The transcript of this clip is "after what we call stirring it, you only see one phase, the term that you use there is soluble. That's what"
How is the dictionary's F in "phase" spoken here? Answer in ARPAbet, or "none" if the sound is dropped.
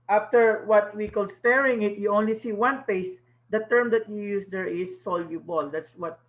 P